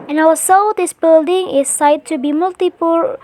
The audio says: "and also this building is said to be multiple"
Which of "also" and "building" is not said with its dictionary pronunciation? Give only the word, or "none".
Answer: also